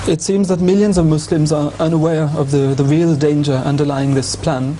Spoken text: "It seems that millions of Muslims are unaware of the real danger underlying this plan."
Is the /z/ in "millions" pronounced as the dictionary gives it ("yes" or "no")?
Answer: yes